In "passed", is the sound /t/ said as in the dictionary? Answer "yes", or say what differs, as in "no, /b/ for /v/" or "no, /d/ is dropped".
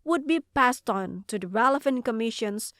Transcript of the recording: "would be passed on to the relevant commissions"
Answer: yes